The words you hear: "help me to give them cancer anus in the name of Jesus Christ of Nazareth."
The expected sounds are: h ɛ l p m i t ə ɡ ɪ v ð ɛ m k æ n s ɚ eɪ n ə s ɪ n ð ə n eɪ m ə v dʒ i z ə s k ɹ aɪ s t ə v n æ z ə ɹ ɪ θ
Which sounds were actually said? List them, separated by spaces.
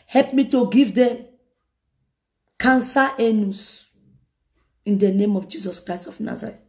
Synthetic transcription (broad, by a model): h ɛ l p m i t ə ɡ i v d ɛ m k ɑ n s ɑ eɪ n ə s ɪ n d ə n eɪ m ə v dʒ i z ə s k ɹ aɪ s t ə f n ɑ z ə ɹ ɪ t